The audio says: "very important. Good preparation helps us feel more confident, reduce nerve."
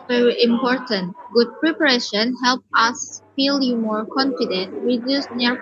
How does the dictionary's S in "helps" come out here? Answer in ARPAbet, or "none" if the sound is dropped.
none